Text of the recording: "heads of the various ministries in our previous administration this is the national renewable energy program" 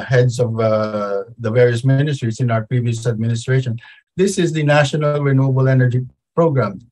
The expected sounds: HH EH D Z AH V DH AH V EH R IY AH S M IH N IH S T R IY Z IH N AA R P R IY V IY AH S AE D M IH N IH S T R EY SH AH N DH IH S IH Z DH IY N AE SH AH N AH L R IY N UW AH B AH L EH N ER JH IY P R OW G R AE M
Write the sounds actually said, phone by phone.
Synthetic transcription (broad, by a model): HH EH D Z AH V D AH V EH R IY AH S M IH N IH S T R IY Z IH N AA R P R IY V IY AH S AE D M IH N IH S T R EY SH AH N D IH S IH Z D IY N AE SH AH N AH L R IY N UW AH B AH L EH N ER JH IY P R OW G R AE M